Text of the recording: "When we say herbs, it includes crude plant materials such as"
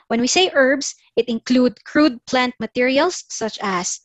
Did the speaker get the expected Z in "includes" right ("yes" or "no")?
no